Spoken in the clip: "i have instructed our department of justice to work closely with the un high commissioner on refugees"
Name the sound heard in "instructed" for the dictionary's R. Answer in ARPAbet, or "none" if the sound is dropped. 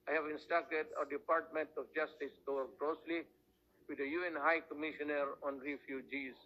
none